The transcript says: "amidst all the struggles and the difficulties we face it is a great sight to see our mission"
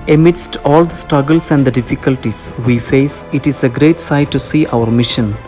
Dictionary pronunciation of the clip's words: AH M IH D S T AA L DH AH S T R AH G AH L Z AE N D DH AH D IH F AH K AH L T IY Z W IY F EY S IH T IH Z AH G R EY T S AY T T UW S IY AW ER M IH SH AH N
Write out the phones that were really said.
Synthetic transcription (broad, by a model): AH M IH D S T AA L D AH S T R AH G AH L S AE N D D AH D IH F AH K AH L T IY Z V IY F EY S IH T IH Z AH G R EY T S AY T T UW S IY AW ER M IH SH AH N